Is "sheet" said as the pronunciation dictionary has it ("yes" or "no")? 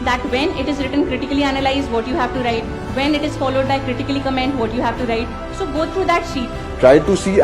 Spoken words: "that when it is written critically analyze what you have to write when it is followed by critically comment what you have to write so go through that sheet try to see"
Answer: yes